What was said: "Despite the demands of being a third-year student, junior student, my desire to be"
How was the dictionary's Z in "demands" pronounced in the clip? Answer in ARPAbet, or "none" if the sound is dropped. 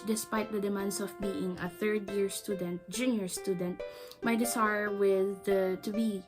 S